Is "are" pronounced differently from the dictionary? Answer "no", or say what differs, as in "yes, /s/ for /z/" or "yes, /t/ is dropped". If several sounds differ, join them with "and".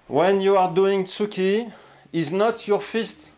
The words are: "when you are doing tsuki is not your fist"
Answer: no